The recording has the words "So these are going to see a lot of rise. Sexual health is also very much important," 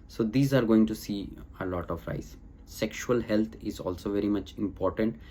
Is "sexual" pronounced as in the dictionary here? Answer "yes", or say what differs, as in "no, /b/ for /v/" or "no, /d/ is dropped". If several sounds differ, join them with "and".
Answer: yes